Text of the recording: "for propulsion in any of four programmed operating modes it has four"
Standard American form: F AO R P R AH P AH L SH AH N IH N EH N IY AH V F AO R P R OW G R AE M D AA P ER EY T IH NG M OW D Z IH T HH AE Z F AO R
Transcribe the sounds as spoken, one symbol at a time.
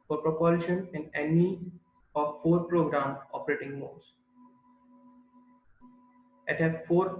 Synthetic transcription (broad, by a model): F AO R P R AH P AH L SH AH N IH N EH N IY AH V F AO R P R OW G R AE M AA P ER EY T IH NG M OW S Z IH T HH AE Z F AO R